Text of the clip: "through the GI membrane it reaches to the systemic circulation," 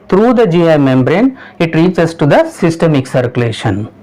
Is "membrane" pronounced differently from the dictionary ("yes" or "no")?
no